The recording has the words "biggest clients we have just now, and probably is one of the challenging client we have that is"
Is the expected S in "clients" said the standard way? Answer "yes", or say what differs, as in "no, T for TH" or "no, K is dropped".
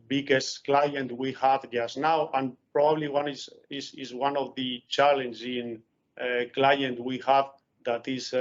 no, S is dropped